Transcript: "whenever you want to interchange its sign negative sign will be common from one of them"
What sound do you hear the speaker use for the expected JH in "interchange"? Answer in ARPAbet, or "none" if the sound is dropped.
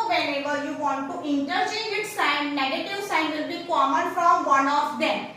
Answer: none